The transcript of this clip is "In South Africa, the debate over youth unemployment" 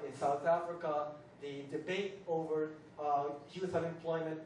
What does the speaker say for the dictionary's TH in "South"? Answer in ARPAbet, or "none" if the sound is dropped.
TH